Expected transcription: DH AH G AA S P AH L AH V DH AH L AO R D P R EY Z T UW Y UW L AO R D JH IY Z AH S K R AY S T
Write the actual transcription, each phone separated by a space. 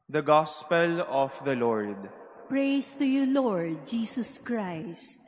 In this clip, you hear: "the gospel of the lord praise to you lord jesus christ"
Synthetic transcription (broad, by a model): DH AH G AA S P AH L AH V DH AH L AO R D P R EY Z T UW Y UW L AO R D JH IY S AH S K R AY S T